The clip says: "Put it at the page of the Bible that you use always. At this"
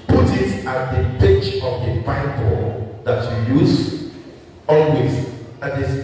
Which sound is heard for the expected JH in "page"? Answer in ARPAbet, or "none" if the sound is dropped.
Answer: CH